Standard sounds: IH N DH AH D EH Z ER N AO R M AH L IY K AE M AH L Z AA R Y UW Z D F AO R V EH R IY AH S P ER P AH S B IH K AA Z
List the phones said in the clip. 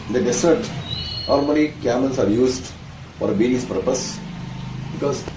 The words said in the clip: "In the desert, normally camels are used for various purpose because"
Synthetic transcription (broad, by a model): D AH D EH S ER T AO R M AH N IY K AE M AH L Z AA R Y UW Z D F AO R B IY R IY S P ER P AH S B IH K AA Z